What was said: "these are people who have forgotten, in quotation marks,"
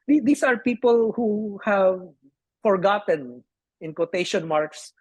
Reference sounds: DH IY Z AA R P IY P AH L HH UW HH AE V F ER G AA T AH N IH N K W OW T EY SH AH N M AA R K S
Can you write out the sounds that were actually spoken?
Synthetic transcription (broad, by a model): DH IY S AA R P IY P AH L HH UW HH AE V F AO G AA T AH N IH N K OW T EY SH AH N M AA R K S